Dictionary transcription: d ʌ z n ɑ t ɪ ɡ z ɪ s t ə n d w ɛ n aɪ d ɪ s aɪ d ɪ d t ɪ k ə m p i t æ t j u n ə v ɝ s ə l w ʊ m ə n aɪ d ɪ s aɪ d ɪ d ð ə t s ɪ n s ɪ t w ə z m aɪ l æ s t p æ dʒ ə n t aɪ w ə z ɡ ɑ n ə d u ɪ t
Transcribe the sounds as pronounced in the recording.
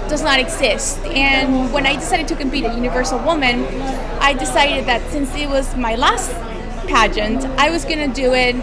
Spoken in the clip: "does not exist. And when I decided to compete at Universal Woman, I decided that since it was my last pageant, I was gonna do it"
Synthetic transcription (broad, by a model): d ʌ z n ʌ t ɪ ɡ z ɪ s t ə n w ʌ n aɪ d ɪ s aɪ d ɪ d t ɪ k ə m p i t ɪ j u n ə v ɝ s l w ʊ m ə n aɪ d ɪ s aɪ d ɪ d ð ə t s ɪ n s ɪ t w ə z m aɪ l æ s t p æ dʒ ə n t aɪ w ə z ɡ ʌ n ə d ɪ ɪ t